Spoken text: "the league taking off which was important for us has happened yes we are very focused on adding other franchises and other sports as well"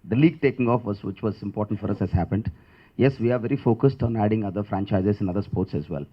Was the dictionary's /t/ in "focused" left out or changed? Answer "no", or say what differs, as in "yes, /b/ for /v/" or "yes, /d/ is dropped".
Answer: no